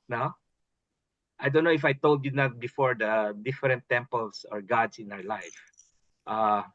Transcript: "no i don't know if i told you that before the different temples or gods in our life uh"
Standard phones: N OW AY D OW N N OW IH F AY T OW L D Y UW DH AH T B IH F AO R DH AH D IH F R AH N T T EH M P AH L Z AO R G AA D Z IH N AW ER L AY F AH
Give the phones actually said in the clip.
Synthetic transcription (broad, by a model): N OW AY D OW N N OW IH F AY T OW L D Y UW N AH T B IH F AO R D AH D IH F R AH N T T EH M P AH L S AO R G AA D S IH N AW ER L AY F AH